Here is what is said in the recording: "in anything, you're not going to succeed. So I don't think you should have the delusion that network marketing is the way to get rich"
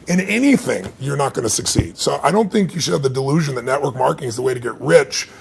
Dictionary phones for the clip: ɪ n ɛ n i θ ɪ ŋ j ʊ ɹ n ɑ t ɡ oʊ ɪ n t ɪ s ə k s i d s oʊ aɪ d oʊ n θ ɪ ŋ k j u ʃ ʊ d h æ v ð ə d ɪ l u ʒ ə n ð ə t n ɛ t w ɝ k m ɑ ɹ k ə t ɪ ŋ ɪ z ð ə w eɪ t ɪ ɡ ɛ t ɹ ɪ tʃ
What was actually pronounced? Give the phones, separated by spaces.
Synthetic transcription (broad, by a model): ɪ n ɛ n i θ ɪ ŋ j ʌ ɹ n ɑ t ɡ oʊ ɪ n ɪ s ə k s i d s oʊ aɪ d oʊ n θ ɪ ŋ k j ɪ ʃ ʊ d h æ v ð ə d ɪ l u ʒ ə n ð ə t n ɛ t w ɝ k m ɑ ɹ k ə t ɪ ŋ ɪ z ð ə w eɪ t ɪ ɡ ɛ t ɹ ɪ tʃ